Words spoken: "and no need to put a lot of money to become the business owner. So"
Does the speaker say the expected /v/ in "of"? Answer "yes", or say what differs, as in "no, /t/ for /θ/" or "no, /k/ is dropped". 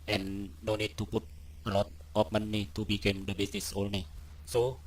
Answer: no, /p/ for /v/